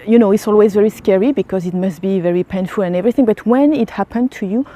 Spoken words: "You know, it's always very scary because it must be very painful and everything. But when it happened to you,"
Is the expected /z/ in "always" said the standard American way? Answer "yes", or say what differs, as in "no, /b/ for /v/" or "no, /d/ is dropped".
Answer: yes